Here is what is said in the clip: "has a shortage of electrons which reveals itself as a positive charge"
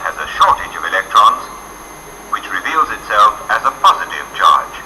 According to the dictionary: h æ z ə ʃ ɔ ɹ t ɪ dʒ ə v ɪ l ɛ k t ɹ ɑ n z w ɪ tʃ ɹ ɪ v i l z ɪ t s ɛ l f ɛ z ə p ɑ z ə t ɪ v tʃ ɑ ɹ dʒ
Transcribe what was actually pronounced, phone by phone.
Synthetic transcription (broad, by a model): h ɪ z ə ʃ ɔ ɹ t ɪ dʒ ə v ɪ l ɛ k t ɹ ɑ n z w ɪ tʃ ɹ ɪ v i l z ɪ t s ɛ l f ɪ z ə p ɑ z ə t ɪ v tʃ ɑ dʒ